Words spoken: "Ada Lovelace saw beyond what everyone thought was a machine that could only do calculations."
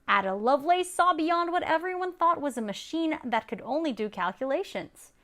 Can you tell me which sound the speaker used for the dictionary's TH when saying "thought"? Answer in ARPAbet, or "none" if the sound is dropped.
TH